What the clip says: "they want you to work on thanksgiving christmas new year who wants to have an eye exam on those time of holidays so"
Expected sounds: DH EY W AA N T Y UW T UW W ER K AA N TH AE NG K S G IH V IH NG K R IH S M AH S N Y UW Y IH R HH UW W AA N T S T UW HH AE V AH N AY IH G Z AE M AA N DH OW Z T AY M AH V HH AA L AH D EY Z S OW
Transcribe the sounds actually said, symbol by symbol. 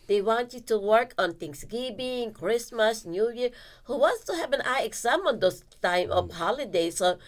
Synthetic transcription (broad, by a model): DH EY W AA N T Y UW T UW W ER K AA N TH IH NG S G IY B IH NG K R IH S M AH S N Y UW Y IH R HH UW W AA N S T UW HH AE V AH N AY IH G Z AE M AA N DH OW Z T AY M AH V HH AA L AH D EY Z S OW